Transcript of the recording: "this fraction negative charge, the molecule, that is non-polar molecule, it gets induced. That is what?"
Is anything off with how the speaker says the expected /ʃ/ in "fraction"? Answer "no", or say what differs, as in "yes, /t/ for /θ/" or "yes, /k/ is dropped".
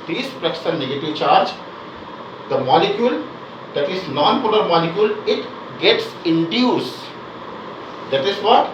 yes, /s/ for /ʃ/